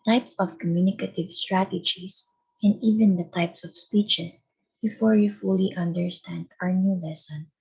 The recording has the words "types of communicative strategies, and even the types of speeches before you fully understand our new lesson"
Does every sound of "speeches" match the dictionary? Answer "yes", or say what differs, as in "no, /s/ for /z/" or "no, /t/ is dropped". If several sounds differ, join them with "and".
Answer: no, /s/ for /z/